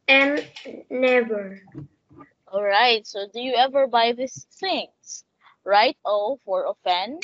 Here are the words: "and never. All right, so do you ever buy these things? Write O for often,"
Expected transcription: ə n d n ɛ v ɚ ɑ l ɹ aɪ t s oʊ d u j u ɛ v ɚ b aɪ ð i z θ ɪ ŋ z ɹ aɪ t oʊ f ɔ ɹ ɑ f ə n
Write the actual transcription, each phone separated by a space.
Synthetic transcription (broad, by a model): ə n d n ɛ v ɚ ɑ l ɹ aɪ t s oʊ d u j u ɛ v ɚ b aɪ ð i s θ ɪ ŋ s ɹ aɪ t oʊ f ɔ ɹ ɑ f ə n